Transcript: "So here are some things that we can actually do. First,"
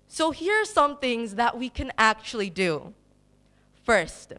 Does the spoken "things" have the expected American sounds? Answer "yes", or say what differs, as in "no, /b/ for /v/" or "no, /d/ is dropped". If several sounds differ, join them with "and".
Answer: yes